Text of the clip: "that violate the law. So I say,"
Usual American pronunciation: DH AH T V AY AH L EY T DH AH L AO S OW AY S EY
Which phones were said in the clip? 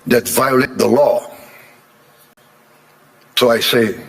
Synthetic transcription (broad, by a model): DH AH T V AY AH L EY T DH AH L AO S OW AY S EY